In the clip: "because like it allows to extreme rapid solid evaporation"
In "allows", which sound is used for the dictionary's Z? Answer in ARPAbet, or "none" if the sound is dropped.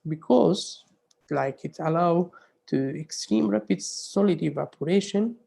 none